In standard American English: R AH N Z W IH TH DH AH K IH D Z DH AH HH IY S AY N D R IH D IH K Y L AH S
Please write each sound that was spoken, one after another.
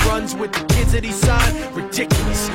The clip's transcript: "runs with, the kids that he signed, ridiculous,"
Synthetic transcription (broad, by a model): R AH N Z W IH DH AH K IH D Z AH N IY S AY D R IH D IH K Y L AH S